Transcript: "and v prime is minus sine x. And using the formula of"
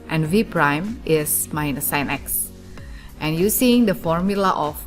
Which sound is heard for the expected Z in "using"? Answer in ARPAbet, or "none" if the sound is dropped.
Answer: S